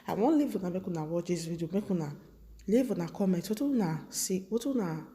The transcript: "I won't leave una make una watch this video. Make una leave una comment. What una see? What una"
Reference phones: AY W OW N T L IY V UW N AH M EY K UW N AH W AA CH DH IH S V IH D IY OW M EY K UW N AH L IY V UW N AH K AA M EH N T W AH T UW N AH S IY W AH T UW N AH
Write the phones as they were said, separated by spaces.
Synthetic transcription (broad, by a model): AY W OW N L IY V UW N AH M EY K UW N AH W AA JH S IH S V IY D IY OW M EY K UW N AH L IY V UW N AH K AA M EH T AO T UW N AH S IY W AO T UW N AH